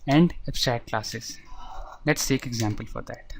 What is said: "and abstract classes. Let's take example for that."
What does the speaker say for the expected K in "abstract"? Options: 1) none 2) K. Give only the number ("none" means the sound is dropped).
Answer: 1